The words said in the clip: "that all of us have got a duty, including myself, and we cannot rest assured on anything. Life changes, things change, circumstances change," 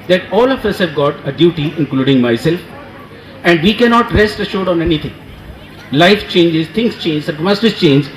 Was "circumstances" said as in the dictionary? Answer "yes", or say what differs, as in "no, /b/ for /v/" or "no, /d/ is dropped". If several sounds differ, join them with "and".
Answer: no, /m/ is dropped